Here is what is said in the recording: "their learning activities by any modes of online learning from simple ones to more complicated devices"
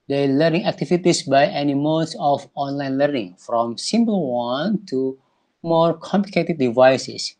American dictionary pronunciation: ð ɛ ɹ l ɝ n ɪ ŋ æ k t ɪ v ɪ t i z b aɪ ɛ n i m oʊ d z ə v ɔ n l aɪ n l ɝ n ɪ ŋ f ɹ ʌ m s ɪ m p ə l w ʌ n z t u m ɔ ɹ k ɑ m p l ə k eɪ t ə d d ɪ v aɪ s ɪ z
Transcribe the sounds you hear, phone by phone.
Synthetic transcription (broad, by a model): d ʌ l ɝ n ɪ ŋ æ k t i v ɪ t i s b aɪ ɛ n i m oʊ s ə f ɔ n l aɪ n l ɝ n ɪ ŋ f ɹ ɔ m s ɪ m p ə l w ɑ n t u m ɔ ɹ k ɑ m p l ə k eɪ t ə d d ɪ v aɪ s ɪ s